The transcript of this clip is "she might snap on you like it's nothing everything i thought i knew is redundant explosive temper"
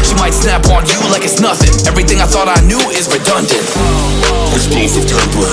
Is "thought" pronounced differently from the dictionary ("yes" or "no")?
no